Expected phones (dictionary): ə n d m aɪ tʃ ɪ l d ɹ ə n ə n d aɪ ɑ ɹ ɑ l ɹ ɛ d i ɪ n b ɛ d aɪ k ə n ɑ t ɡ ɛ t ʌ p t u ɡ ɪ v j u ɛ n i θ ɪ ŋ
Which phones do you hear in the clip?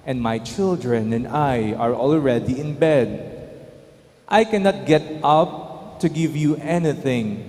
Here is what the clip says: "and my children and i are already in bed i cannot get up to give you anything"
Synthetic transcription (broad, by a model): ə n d m aɪ tʃ ɪ l d ɹ ə n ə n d aɪ ɑ ɹ ɑ l ɹ ɛ d i ɪ n b ɛ d aɪ k ə n ɑ t ɡ ɛ t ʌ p t u ɡ ɪ v j u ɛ n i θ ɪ ŋ